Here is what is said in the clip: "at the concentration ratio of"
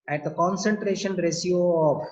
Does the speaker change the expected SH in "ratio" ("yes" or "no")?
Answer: yes